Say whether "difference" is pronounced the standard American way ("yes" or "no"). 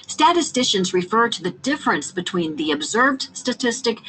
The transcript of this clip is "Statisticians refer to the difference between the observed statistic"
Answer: yes